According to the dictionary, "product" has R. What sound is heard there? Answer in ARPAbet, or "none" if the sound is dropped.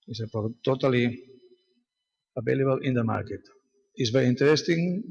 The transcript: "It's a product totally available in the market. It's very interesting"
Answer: none